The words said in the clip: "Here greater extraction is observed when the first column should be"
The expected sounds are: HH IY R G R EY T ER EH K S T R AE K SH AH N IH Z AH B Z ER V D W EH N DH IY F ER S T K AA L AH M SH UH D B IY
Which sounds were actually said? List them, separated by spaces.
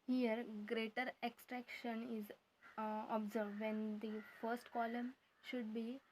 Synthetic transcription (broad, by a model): HH IY R G R EY T ER EH K S T R AE K SH AH N IH Z AH B Z ER V D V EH N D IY F ER S T K AA L AH M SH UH D B IY